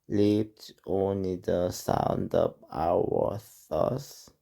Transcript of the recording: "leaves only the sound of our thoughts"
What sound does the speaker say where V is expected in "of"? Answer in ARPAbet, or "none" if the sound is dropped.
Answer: P